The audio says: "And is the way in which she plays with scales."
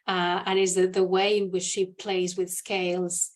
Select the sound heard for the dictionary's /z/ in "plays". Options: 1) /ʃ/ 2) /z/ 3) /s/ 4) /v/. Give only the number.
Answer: 2